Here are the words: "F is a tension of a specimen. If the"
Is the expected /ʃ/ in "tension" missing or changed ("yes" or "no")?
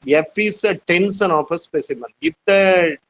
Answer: yes